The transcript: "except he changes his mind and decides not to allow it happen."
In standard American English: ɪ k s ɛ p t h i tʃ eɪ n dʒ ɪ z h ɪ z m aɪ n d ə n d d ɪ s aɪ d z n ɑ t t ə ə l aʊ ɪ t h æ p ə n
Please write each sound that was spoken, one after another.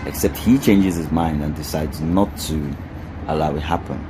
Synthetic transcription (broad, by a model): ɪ k s ɛ p t h i tʃ eɪ n dʒ ɪ z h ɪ z m aɪ n d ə n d d ɪ s aɪ d z n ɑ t t ə ə l aʊ ɪ t h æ p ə n